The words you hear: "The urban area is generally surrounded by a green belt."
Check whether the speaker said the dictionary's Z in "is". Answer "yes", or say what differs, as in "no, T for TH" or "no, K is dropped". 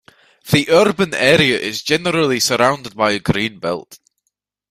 yes